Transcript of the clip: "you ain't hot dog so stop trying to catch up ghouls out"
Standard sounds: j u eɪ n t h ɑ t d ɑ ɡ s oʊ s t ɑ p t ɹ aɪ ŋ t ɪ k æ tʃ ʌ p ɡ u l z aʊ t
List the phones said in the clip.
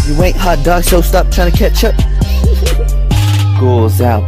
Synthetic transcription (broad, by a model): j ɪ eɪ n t h ɑ t d ɑ ɡ ʃ oʊ s t ɑ p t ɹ aɪ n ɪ k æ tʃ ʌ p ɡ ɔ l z aʊ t